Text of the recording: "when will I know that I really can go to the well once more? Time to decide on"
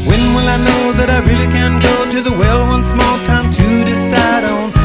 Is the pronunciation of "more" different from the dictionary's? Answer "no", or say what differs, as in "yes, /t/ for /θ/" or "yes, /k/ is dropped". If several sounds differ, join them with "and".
yes, /l/ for /ɹ/